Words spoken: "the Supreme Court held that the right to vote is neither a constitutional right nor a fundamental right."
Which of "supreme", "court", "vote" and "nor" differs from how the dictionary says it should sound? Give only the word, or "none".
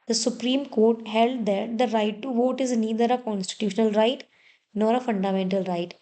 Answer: none